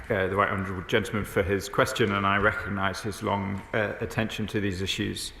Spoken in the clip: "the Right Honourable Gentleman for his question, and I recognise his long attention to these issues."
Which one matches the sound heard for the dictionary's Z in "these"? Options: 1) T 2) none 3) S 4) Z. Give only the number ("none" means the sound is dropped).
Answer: 4